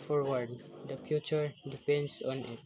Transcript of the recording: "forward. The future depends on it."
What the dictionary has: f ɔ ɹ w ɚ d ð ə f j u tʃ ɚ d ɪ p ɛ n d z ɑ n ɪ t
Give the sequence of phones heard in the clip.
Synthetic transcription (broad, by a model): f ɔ ɹ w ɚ d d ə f j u tʃ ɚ d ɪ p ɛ n d s ɑ n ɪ t